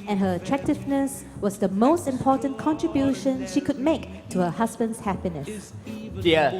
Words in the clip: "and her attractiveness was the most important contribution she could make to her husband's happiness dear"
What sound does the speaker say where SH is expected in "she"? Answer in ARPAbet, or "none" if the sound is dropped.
SH